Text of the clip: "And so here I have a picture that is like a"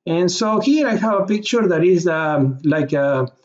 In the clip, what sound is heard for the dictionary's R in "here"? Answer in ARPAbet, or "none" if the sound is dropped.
L